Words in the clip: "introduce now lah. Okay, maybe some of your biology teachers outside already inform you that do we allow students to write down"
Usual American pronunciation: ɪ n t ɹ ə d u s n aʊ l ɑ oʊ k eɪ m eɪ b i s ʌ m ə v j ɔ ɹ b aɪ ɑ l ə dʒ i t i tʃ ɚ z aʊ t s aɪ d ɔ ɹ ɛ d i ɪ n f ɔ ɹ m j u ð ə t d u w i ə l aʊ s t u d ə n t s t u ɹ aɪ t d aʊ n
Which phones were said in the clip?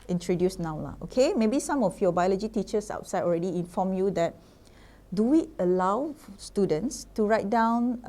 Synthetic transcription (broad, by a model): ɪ n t ɹ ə d u s n aʊ l ɑ oʊ k eɪ m eɪ b i s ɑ m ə f j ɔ b aɪ ɑ l ə dʒ i t i tʃ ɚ s aʊ t s aɪ d ɔ ɹ ɛ d i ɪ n f ɔ m j u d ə t d u w i ə l aʊ s t u d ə n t s t u ɹ aɪ t d aʊ n